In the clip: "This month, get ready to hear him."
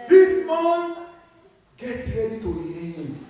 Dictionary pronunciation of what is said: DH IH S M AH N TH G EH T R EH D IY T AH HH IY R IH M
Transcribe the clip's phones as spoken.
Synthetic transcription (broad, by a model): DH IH S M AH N T G EH T R EH D IY T AH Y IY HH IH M